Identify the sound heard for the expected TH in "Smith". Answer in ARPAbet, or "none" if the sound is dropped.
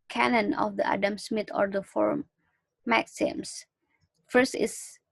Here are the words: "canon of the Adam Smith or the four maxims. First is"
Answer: T